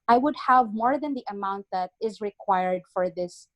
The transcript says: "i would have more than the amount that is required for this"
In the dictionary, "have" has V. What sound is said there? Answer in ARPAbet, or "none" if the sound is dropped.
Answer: V